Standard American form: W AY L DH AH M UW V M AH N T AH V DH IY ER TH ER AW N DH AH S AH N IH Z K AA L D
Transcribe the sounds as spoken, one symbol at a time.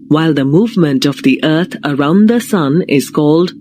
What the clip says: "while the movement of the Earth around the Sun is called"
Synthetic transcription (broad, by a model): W AY L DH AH M UW V M AH N T AH V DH IY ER T ER AW N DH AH S AH N IH Z K AA L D